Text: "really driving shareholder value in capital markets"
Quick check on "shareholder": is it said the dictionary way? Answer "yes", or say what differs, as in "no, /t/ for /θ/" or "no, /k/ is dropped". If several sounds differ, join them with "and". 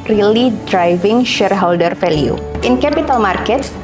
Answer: yes